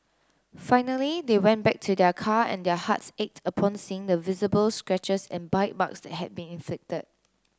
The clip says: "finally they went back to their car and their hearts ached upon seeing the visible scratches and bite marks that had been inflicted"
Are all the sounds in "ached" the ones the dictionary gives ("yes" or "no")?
yes